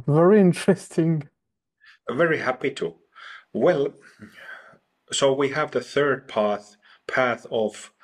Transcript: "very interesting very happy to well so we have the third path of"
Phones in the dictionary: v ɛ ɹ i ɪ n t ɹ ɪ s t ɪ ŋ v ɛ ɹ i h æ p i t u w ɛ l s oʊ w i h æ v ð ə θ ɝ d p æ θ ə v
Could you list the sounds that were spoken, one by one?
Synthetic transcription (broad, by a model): v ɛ ɹ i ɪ n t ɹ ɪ s t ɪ ŋ v ɛ ɹ i h æ p i t u w ɛ l s oʊ w i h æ v ð ə θ ɝ d p æ θ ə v